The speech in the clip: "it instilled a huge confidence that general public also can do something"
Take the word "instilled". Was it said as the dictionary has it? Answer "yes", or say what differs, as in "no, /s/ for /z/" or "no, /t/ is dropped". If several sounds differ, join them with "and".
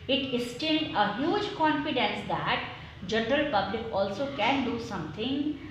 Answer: no, /n/ is dropped